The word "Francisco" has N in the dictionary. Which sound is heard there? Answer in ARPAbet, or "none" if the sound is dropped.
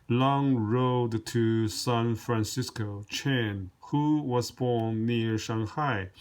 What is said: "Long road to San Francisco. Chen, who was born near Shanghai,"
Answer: N